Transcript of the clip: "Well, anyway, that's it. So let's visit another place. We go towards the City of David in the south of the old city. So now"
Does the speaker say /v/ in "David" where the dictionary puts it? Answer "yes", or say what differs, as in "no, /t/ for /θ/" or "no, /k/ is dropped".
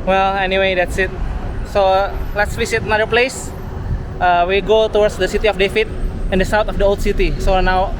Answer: no, /f/ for /v/